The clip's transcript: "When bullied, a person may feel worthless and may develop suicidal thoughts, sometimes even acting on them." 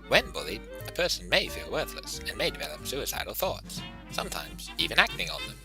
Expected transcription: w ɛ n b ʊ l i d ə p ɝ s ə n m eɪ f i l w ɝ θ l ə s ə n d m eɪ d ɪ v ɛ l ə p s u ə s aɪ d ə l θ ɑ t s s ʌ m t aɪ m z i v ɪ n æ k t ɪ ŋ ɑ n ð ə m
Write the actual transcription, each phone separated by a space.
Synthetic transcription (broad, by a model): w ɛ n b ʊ l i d ə p ɝ s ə n m eɪ f i l w ɝ θ l ə s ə n m eɪ d ɪ v ɛ l ə p s u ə s aɪ d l θ ɑ t s s ʌ m t aɪ m z i v ɪ n æ k t ɪ ŋ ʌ n ð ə m